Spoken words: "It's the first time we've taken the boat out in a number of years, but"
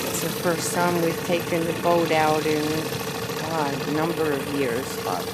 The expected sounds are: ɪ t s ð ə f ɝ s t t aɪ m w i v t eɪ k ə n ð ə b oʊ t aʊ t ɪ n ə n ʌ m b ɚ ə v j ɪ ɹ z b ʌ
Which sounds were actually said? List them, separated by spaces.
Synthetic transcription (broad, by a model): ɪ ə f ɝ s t s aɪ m w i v t eɪ k ə n ð ə b oʊ t aʊ t ɪ n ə n ʌ m b ɚ ə v j ɪ ɹ z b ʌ